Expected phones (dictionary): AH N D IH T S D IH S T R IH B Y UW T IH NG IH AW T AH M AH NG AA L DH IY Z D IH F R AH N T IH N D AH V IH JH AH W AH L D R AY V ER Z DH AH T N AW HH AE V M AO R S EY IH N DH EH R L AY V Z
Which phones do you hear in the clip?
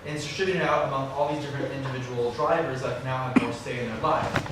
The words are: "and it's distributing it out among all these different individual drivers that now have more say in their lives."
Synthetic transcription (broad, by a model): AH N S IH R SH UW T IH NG IH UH T AH M AH NG AA L DH IY Z D IH F R AH N T IH N D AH V IH JH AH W L D R AY V ER Z DH AH T N AW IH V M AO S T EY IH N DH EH R L AY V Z